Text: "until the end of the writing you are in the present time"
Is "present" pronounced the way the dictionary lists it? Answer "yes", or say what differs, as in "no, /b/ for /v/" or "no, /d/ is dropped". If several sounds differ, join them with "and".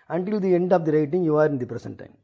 no, /s/ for /z/